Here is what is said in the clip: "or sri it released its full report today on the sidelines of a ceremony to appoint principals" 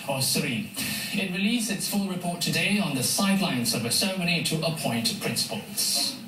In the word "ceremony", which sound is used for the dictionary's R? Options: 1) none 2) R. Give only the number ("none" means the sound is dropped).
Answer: 1